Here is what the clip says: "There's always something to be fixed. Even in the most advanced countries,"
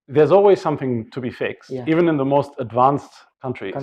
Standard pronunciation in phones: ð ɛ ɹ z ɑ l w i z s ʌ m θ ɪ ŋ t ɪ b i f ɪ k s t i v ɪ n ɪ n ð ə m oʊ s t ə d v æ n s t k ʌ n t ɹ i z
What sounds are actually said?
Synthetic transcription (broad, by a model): ð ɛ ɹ z ɑ l w i z s ʌ m θ ɪ ŋ t ɪ b i f ɪ k s t i v ɪ n ɪ n ð ə m oʊ s t ə d v æ n s t k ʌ n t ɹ i